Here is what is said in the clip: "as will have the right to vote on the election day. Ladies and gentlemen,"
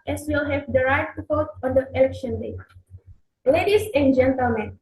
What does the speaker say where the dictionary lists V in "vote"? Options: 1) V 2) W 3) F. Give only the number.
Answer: 3